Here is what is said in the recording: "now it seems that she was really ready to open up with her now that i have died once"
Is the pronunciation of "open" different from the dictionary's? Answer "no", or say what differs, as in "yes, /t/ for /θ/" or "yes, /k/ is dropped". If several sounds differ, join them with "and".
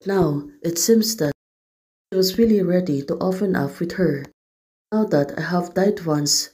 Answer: yes, /f/ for /p/